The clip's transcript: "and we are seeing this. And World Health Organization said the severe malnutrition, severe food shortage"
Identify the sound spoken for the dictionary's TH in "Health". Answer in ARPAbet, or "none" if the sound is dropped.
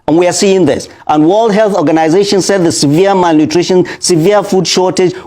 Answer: TH